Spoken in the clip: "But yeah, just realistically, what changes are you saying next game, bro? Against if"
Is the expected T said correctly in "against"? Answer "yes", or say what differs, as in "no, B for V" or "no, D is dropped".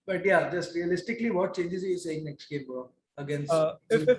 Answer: no, T is dropped